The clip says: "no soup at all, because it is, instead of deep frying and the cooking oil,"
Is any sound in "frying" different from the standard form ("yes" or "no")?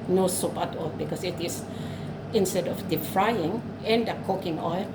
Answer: no